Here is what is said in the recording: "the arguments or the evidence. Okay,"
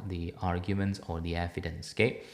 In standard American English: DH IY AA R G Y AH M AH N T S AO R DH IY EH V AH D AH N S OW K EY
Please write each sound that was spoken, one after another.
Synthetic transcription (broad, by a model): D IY AA R G Y AH M AH N T S AO R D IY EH F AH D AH N S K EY